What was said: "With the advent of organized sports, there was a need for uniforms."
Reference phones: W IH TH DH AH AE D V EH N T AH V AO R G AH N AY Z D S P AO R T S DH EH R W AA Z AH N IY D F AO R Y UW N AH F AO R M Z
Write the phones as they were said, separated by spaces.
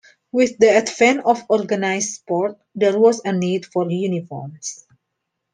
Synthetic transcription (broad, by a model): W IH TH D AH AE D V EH N AH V AO R G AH N AY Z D S P AO R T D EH R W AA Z AH N IY D F AO R Y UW N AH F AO R M S